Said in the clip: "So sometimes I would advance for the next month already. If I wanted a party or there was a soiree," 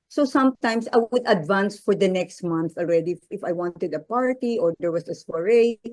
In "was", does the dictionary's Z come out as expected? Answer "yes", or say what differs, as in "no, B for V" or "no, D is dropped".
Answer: no, S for Z